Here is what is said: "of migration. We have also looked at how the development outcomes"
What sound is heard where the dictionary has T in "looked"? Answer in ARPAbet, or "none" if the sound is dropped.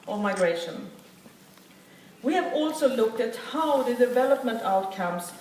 T